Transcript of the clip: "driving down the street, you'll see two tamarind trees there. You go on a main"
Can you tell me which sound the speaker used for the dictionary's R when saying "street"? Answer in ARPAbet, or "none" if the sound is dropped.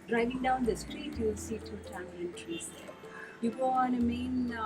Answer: R